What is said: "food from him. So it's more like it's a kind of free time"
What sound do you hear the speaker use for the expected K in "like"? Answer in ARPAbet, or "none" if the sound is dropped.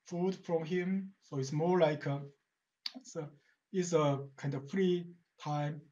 K